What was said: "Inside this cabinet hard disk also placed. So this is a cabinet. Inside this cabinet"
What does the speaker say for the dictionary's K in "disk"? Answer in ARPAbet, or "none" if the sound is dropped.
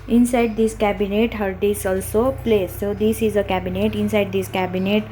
none